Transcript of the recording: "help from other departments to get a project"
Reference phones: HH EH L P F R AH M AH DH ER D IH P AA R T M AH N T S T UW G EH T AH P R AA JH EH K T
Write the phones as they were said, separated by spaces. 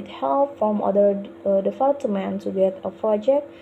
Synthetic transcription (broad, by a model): HH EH L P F R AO M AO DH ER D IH F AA L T M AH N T T UW G EH T AH P R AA JH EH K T